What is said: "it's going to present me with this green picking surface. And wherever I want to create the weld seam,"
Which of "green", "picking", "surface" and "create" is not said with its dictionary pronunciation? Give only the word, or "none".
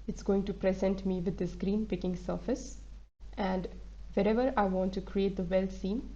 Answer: none